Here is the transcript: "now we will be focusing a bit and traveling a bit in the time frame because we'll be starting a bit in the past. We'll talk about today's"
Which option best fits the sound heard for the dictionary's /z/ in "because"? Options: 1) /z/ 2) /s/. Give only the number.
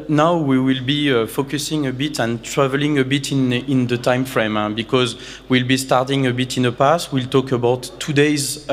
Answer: 1